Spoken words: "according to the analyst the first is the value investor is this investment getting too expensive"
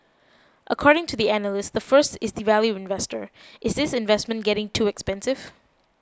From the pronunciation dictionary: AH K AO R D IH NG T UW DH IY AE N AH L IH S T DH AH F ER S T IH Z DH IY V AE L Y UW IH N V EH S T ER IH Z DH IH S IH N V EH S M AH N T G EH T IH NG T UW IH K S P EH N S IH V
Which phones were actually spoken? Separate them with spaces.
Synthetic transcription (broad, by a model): AH K AO R D IH NG T UW DH IY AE N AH L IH S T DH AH F ER S T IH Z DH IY V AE L Y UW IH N V EH S T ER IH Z DH IH S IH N V EH S M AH N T G EH T IH NG T UW IH K S P EH N S IH V